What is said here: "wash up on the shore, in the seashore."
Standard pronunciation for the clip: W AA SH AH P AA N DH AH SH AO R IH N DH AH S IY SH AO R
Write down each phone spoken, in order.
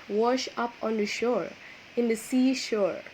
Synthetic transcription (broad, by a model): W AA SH AH P AA N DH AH SH AO R IH N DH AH S IY SH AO R